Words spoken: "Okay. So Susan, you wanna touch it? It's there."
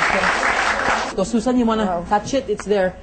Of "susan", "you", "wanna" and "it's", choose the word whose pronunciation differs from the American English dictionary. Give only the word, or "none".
susan